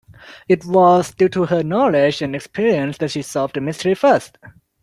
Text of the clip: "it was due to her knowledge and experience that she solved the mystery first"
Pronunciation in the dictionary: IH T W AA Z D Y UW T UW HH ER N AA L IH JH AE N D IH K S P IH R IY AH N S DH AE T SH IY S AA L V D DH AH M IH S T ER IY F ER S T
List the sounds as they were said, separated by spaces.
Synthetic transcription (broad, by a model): IH T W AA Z D Y UW T UW HH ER N AA L IH JH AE N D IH K S P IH R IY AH N S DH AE T SH IY S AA V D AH M IH S T ER IY F ER S T